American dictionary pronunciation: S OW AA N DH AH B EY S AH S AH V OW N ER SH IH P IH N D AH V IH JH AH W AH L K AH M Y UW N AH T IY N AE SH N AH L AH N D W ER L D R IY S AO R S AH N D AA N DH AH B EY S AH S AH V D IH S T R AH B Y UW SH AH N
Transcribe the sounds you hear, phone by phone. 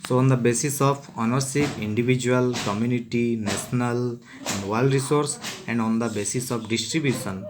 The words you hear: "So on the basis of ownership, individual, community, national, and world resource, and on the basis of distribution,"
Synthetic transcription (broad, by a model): S OW AA N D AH B EY S AH S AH F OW N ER S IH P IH N D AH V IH JH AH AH L K AH M Y UW N AH T IY N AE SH N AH L AH N D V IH L D R IY S AO R S AH N D AA N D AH B EY S AH S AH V D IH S T R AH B Y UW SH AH N